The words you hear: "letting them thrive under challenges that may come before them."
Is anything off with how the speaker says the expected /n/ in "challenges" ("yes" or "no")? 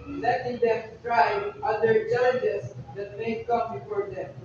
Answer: yes